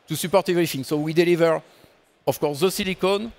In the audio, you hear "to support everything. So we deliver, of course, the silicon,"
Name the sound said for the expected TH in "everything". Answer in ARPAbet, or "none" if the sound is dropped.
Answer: F